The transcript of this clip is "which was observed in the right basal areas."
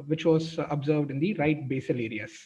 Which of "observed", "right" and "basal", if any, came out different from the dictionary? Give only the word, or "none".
none